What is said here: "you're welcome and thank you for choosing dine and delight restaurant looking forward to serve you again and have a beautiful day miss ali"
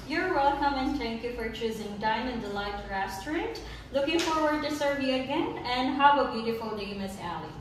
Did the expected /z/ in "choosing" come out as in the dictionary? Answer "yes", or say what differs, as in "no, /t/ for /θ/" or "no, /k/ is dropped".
yes